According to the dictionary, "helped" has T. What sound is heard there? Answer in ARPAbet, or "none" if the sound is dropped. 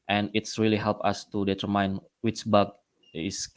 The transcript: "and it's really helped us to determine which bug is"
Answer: none